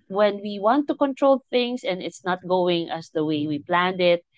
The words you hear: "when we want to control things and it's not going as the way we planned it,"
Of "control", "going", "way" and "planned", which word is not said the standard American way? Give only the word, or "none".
none